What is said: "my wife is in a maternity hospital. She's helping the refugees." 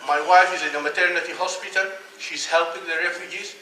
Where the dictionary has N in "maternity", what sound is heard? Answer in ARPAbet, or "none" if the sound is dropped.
N